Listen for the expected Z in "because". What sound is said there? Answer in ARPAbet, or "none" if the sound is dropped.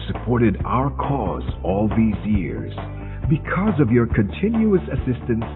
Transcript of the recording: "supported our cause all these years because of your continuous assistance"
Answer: Z